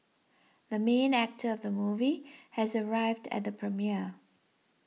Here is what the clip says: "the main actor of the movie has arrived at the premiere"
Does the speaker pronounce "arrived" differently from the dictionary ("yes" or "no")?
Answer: no